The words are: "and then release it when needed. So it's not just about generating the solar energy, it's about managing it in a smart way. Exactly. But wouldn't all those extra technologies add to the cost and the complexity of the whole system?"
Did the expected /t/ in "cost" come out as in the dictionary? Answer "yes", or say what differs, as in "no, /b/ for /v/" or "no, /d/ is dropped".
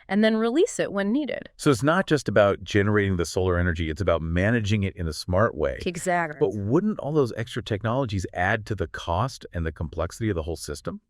yes